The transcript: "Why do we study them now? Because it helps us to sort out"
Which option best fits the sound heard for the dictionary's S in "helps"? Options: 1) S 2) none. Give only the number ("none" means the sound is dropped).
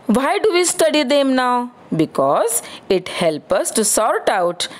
2